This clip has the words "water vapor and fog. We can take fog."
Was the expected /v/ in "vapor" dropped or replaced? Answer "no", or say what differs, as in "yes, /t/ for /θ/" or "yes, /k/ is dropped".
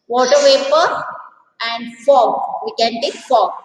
yes, /w/ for /v/